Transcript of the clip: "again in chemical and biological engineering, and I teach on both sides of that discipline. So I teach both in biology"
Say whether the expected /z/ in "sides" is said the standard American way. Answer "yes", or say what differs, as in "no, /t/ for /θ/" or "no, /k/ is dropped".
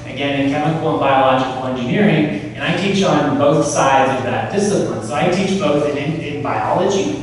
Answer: yes